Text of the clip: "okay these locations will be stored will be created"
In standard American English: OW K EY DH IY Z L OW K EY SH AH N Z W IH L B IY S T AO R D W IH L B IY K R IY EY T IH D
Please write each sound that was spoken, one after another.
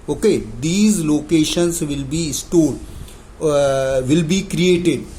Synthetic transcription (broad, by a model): OW K EY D IY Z L OW K EY SH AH N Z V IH L B IY S T AO L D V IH L B IY K R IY EY T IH D